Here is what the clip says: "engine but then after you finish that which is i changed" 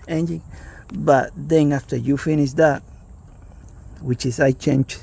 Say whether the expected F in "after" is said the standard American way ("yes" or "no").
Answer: yes